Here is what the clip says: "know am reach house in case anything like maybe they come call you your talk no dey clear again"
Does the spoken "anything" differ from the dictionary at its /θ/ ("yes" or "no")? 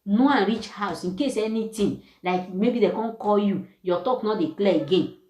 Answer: yes